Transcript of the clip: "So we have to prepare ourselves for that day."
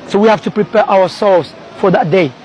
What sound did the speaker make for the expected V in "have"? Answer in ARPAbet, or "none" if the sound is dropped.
F